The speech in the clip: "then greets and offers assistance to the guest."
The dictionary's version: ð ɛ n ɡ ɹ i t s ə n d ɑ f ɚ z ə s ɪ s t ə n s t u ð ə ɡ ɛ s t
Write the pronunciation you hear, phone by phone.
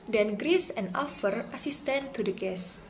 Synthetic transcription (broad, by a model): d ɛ n ɡ ɹ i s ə n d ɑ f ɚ ə s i s t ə n t u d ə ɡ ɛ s